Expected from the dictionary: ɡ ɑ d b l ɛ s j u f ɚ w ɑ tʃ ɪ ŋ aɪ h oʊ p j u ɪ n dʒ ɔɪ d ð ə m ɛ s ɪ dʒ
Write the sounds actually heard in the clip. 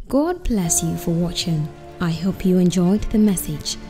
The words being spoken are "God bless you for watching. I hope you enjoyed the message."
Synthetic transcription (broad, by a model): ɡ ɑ d b l ɛ s j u f ɚ w ɑ tʃ ɪ ŋ aɪ h oʊ p j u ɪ n dʒ ɔɪ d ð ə m ɛ s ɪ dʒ